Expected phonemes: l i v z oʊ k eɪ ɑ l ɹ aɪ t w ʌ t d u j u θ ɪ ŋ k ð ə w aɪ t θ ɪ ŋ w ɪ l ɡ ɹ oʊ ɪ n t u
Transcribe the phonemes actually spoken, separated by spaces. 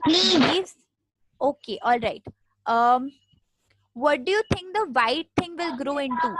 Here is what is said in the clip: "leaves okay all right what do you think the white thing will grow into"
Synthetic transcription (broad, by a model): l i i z oʊ k eɪ ɑ l ɹ aɪ t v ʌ t d u j u t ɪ ŋ k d ə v aɪ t t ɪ ŋ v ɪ l ɡ ɹ oʊ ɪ n t u